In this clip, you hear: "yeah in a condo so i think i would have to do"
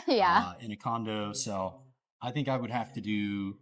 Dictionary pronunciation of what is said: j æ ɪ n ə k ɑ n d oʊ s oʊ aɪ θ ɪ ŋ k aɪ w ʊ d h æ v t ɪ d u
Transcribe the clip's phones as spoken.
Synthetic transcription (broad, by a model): j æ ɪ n ə k ɑ n d oʊ s oʊ aɪ θ ɪ ŋ k aɪ w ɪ d h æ f t ɪ d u